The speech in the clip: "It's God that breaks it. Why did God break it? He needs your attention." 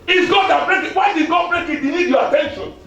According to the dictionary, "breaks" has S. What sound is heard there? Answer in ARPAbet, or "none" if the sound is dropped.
none